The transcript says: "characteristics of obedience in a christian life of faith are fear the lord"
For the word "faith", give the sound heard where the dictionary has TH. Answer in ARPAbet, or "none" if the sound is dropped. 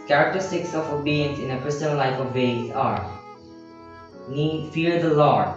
S